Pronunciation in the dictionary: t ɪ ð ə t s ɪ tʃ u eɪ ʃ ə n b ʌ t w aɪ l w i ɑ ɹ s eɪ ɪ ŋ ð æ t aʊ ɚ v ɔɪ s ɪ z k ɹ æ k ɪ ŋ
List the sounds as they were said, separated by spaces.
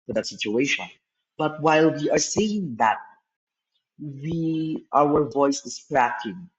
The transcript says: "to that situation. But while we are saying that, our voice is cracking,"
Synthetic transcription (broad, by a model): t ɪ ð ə t s ɪ tʃ u eɪ ʃ ə n b ʌ t w aɪ l w i ɑ ɹ s eɪ ɪ ŋ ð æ t aʊ ɚ v ɔɪ s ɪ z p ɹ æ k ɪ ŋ